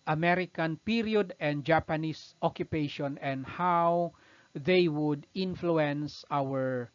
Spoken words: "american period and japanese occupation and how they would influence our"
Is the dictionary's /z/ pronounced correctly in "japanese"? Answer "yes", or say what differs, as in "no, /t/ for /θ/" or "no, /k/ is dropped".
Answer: no, /s/ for /z/